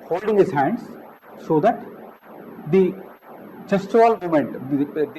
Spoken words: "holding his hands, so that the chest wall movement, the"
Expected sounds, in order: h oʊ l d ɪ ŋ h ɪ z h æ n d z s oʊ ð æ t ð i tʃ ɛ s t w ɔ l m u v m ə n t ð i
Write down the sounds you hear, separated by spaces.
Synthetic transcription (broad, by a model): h oʊ l d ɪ ŋ h ɪ z h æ n d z s oʊ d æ t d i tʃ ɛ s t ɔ l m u m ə n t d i